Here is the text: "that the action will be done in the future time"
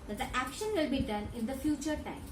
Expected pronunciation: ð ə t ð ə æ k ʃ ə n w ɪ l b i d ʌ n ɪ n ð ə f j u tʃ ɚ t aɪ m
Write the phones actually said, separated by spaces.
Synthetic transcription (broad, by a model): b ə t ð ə æ k ʃ ə n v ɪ l b i d ʌ n ɪ n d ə f j u tʃ ɚ t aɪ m